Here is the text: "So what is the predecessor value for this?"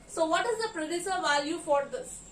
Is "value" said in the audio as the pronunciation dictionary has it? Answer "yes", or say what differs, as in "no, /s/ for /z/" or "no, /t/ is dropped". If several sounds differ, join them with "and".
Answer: yes